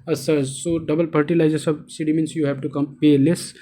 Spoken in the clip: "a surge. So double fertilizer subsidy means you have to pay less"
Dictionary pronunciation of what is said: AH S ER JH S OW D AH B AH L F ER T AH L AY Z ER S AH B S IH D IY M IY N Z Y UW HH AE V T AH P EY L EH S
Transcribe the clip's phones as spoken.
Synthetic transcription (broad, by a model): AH S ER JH S OW D AH B AH L P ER T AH L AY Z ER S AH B S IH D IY M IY N S Y UW HH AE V T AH P EY L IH S